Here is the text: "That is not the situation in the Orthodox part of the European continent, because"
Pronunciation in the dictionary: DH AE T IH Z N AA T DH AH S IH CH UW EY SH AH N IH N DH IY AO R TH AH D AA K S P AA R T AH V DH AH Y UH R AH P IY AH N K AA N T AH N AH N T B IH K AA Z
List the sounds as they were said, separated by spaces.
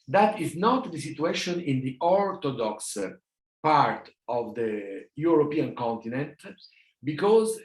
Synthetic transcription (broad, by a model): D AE T IH Z N AA T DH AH S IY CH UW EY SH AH N IH N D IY AO R T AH D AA K S P AA R T AH V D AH Y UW R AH P IY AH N K AA N T AH N AH N T B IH K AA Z